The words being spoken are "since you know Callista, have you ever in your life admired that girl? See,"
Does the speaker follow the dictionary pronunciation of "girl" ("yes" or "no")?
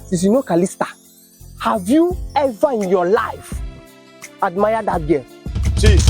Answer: no